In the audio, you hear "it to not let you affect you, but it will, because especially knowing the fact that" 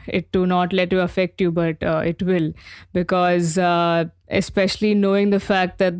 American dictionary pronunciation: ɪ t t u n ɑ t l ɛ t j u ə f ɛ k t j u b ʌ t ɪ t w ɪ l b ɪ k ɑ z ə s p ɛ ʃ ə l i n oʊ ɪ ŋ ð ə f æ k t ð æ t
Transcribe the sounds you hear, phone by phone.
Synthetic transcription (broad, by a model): ɪ t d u n ɑ t l ɛ t j u ə f ɛ k t j u b ʌ t ɪ t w ɪ l b ɪ k ɑ z ə s p ɛ ʃ ə l i n oʊ ɪ ŋ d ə f æ k t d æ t